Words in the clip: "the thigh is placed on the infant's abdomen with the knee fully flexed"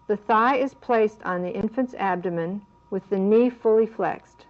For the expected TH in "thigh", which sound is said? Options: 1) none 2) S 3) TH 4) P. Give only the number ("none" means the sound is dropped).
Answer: 3